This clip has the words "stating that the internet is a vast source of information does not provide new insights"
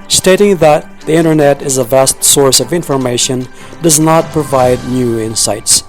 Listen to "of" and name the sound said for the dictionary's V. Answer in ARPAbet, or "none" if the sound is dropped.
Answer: V